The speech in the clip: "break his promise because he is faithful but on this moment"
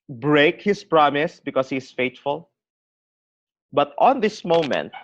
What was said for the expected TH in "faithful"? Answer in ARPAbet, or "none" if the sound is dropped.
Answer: T